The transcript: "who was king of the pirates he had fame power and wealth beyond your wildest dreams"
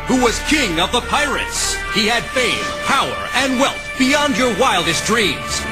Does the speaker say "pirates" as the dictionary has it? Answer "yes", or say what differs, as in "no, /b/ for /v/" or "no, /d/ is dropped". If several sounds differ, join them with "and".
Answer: yes